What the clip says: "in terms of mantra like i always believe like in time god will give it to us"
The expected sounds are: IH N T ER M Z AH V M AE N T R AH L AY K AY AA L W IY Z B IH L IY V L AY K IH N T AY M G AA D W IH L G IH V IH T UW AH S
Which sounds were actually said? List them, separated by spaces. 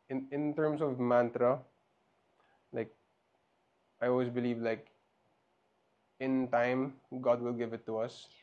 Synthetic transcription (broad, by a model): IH N T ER M S AH V M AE N T R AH L AY K AY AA L W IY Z B IH L IY V L AY K IH N T AY M G AA D W IH L G IH V IH T UW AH S